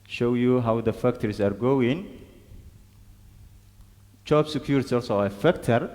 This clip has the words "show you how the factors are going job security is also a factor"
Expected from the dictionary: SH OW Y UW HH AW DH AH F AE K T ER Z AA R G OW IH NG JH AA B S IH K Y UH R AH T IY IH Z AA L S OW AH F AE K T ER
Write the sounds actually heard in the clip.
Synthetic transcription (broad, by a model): SH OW Y UW HH AW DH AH F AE K T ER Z AA R G OW IH NG CH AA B S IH K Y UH R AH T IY AA L S OW AH F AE K T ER